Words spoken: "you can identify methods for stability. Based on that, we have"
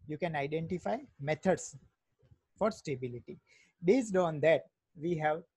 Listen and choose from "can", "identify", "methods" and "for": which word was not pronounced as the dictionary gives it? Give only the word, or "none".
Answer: methods